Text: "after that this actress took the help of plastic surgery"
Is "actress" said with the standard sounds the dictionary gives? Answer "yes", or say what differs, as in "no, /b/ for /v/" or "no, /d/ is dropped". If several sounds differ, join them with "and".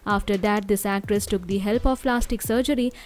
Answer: yes